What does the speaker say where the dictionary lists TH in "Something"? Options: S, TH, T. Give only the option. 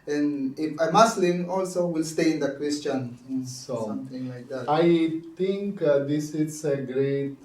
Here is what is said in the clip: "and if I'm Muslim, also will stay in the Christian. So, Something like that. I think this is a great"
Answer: T